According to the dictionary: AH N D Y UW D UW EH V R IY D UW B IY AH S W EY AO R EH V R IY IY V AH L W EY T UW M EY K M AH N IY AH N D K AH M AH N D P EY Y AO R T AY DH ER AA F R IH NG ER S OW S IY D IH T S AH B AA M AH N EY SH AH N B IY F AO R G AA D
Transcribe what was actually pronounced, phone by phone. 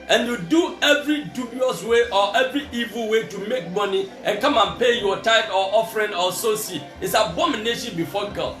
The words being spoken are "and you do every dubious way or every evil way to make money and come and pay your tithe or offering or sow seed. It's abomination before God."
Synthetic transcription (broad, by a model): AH N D Y UW D UW EH V R IY D UW B IY AH S W EY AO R EH V R IY IY V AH L W EY T UW M EY K M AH N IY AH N K AH M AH N P EY Y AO T AY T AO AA F R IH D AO S OW S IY IH T S AH B AA M AH N EY SH AH N B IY F AO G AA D